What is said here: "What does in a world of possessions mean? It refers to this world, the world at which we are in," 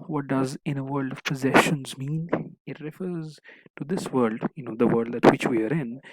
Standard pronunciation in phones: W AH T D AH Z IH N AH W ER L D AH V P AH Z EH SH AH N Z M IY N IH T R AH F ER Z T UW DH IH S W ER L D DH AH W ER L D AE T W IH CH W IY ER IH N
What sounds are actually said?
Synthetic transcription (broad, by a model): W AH T D AH Z IH N AH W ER L D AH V P AH Z EH SH AH N Z M IY N IH T R AH F ER Z T UW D IH S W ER L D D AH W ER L D AE T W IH CH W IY ER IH N